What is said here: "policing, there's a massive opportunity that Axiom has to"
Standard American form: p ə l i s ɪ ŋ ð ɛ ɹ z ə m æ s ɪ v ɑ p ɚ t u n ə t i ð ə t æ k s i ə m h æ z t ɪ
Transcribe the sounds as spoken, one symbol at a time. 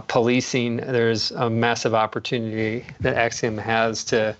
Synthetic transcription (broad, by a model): p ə l i s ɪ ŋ ð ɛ ɹ z ə m æ s ɪ v ɑ p ɚ t u n ə t i ð ə t æ k s i ə m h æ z t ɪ